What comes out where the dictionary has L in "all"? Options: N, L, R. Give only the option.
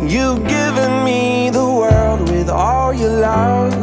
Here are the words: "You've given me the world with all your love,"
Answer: L